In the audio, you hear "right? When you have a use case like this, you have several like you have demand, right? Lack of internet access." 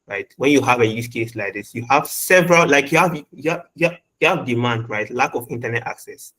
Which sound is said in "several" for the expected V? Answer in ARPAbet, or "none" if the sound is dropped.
V